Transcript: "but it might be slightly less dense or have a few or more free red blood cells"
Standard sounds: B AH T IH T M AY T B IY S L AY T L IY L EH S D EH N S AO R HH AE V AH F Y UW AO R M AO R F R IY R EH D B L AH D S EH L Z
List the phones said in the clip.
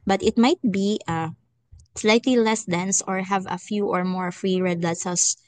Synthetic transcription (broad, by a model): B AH T IH T M AY T B IY S L AY T L IY L EH S D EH N S AO R HH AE V AH F Y UW AO R M AO R F R IY R EH D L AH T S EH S